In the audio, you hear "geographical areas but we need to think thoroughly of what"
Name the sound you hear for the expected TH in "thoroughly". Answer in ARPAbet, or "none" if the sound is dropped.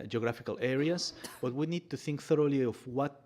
TH